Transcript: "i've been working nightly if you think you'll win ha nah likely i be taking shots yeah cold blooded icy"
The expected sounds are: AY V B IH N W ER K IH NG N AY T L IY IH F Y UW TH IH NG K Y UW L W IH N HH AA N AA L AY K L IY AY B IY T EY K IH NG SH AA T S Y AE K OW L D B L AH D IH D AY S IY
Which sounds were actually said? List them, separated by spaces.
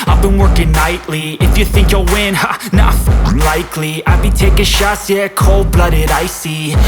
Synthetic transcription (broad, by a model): AY V B IH N W ER K IH NG N AY T L IY IH F Y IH TH IH NG K Y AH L W IH N HH AA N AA L AY K L IY AY B IY T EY K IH SH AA S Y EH K OW L D B L AH D IH D AY S IY